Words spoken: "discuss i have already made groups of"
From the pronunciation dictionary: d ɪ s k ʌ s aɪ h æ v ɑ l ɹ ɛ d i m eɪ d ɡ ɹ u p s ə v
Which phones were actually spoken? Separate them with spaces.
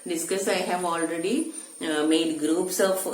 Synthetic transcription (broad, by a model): d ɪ s k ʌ s aɪ h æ v ɑ l ɹ ɛ d i m eɪ d ɡ ɹ u p s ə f